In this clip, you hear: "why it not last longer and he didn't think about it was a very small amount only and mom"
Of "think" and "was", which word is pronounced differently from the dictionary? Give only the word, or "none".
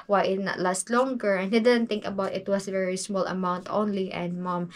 was